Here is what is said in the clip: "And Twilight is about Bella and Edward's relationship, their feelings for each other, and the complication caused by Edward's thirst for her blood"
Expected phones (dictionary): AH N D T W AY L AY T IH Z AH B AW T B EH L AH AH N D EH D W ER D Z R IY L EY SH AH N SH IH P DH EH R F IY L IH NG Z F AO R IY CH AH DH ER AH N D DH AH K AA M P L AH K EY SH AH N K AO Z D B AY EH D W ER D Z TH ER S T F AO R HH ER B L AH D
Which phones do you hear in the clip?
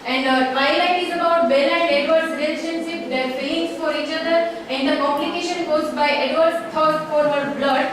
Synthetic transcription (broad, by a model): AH N D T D AY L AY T IH Z AH B AW T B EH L AH N D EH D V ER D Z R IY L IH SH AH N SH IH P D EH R P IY IH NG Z F AO R IY CH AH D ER AH N D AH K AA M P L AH K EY SH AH N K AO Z B AY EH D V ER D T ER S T F AO R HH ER B L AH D